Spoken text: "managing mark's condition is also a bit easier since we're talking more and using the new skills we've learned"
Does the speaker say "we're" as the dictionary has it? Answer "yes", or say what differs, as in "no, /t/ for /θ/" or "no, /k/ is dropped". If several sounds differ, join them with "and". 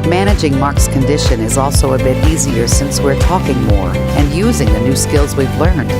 yes